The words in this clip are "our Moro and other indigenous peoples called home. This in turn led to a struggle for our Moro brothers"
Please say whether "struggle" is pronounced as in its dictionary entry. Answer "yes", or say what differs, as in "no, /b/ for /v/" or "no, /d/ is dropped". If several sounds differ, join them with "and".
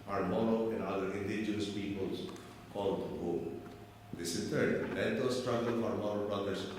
yes